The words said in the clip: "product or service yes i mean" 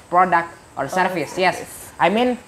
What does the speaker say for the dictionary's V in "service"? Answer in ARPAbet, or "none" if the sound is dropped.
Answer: F